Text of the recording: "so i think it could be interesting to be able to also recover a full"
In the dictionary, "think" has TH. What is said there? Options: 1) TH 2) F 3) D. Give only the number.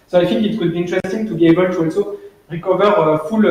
2